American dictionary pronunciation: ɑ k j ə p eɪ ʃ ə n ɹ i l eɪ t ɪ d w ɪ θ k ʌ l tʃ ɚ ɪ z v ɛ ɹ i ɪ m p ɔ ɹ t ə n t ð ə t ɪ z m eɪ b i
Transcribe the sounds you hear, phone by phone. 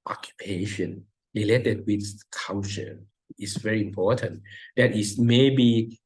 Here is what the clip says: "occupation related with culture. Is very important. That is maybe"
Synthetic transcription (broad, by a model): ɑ k j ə p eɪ ʃ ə n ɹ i l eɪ t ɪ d w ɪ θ k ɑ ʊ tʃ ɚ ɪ s v ɛ ɹ i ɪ m p ɔ t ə n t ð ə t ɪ s m eɪ b i